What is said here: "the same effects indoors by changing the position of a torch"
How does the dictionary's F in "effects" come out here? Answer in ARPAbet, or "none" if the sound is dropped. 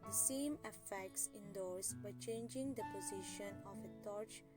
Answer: F